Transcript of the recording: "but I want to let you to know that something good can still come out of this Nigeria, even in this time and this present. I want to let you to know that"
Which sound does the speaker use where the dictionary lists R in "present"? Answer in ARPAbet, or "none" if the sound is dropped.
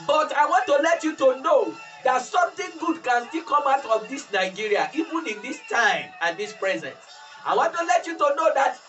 R